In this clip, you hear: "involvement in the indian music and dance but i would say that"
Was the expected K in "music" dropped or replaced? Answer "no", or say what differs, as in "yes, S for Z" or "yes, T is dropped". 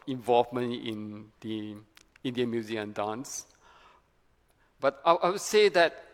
yes, K is dropped